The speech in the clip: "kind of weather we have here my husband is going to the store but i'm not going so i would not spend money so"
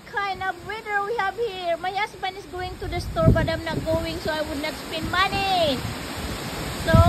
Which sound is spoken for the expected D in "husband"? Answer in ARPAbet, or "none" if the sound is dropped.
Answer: none